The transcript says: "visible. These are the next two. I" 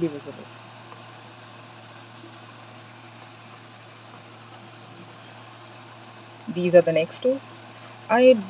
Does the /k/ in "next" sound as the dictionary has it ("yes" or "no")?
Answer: yes